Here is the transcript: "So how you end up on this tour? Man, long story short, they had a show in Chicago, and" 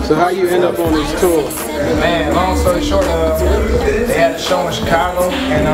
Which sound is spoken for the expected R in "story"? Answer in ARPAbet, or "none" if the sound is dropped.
none